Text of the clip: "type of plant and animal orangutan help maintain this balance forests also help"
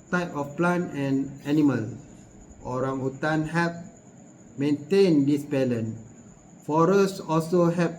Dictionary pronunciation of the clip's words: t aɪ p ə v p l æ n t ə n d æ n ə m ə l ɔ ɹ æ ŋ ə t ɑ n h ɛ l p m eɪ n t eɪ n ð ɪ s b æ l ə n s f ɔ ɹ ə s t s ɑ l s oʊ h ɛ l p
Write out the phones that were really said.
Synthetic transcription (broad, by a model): t aɪ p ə f p l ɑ n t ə n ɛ n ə m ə l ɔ ɹ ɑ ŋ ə t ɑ n h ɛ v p m eɪ n t eɪ n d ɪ s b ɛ l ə n f ɔ ɹ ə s s ɑ l s oʊ h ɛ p